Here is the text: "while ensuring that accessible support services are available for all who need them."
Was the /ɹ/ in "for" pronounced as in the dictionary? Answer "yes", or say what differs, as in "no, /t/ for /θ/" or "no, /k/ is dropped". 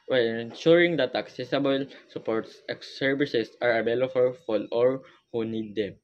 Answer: no, /l/ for /ɹ/